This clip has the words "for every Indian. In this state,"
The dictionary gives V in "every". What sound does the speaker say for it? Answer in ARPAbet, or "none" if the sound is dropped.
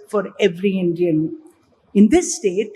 V